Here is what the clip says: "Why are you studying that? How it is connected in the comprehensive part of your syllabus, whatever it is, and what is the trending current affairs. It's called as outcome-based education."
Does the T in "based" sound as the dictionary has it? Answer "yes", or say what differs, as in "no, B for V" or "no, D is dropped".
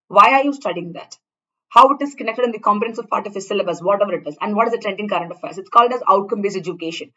no, T is dropped